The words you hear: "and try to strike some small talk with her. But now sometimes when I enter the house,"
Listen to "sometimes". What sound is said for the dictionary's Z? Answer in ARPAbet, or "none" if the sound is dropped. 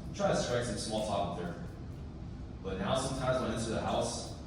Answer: Z